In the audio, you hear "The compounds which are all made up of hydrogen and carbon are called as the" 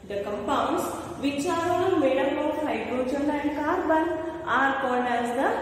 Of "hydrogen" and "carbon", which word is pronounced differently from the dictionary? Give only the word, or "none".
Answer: hydrogen